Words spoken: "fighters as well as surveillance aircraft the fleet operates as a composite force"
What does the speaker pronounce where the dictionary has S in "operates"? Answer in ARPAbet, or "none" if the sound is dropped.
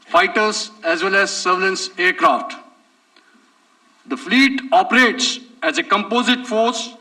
S